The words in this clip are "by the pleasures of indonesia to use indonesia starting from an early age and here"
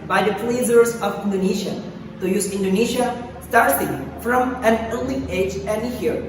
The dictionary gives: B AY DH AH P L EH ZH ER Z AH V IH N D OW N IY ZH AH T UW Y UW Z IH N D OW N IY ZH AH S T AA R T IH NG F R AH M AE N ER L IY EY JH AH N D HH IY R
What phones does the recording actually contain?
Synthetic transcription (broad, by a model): B AY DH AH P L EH Z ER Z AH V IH N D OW N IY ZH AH T UW Y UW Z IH N D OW N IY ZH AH S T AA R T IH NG F R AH M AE N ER L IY EY JH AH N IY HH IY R